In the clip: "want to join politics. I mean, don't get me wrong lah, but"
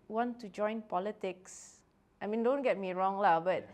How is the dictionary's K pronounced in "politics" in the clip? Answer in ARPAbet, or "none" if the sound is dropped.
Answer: K